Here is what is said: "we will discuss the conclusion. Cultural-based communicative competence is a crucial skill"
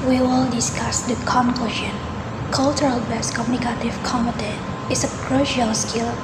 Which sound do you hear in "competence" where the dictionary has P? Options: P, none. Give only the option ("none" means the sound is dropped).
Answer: none